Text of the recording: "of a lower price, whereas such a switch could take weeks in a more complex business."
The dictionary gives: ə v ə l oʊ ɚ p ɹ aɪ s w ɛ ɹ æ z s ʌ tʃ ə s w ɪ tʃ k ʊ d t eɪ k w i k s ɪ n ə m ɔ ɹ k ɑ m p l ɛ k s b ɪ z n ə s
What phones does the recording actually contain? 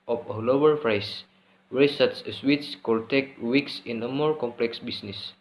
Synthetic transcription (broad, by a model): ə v ə l oʊ ɚ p ɹ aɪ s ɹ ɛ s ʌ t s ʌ ə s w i s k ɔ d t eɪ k w i k s ɪ n ə m ɔ ɹ k ɑ m p l ɛ k s b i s n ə s